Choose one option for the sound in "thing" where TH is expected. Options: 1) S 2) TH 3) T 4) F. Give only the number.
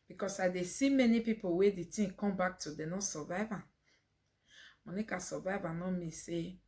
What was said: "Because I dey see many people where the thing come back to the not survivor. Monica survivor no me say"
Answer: 3